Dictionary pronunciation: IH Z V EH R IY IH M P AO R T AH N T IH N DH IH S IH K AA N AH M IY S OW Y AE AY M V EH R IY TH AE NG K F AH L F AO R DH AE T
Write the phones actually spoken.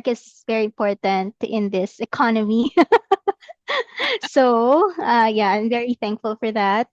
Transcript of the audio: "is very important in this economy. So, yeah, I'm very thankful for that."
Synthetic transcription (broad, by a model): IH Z V EH R IY IH M P AO R T AH N T IH N DH IH S IH K AA N AH M IY S OW Y AE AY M V EH R IY TH AE NG K F AH L F AO R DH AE T